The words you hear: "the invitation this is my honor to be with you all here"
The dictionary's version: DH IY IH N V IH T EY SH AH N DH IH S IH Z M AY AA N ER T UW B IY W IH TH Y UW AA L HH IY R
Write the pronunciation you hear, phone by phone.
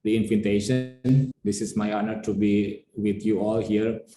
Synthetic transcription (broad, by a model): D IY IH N F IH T EY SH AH N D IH S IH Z M AY AA N ER T UW B IY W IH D Y UW AA L HH IY R